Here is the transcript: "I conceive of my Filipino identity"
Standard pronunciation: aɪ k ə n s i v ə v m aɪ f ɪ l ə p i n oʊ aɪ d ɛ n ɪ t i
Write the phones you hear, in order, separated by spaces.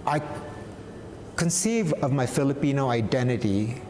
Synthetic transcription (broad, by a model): aɪ k ə n s i v ə v m aɪ f ɪ l ə p i n oʊ aɪ d ɛ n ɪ t i